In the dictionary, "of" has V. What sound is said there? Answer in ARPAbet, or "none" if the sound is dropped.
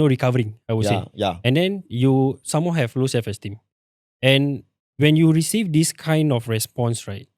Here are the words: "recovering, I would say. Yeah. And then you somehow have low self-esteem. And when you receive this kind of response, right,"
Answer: F